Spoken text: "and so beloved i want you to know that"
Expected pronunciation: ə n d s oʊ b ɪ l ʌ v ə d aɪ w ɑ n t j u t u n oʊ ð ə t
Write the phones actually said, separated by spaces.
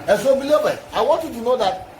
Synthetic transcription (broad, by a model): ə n s oʊ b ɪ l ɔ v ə aɪ w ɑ n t j u t u n oʊ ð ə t